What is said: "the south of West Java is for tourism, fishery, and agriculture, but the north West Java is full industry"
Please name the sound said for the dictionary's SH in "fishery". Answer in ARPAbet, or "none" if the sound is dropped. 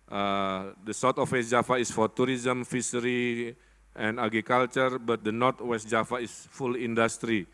S